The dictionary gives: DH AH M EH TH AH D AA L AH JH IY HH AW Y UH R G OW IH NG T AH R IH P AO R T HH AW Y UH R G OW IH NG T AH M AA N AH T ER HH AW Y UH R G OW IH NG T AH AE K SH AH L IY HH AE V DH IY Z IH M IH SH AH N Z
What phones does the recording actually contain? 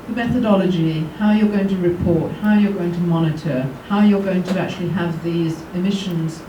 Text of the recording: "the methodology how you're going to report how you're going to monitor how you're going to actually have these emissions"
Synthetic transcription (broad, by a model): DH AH M EH TH AH D AA L AH JH IY HH AW Y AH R G OW IH NG T AH R IH P AO R T HH AW Y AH R G OW IH NG T AH M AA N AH T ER HH AW Y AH R G OW IH NG T AH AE K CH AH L IY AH V DH IY Z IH M IH SH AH N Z